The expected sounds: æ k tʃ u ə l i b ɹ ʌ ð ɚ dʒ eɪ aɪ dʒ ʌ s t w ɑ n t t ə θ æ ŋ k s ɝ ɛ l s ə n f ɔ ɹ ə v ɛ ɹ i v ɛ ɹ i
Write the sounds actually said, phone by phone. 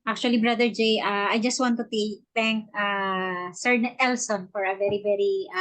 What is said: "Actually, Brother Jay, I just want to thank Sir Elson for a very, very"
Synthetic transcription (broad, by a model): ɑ k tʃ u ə l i b ɹ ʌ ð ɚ dʒ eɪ aɪ dʒ ʌ s t w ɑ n t t ə t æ ŋ k s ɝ ɛ l s ə n f ɔ ɹ ə v ɛ ɹ i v ɛ ɹ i